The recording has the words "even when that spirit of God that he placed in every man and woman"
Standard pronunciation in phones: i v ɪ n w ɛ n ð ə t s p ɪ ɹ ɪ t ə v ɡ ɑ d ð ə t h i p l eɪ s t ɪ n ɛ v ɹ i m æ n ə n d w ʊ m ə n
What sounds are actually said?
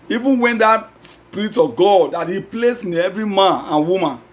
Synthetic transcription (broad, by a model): i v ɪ n w ɛ n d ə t s p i ɹ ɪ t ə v ɡ ɑ d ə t h i p l eɪ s ɪ n ɛ v ɹ i m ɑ n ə n w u m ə n